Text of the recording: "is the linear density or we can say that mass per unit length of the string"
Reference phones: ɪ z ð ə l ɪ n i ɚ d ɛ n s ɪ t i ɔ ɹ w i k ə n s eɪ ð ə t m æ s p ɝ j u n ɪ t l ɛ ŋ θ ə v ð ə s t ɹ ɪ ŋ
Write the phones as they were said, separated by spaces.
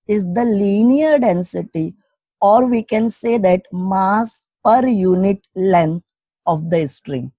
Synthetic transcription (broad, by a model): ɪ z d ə l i n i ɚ d ɛ n s ɪ t i ɔ ɹ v i k ə n s eɪ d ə t m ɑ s p ɝ j u n ɪ t l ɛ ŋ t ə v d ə s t ɹ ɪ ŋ